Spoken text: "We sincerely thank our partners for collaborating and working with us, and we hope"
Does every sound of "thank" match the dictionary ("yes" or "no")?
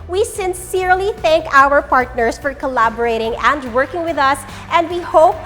yes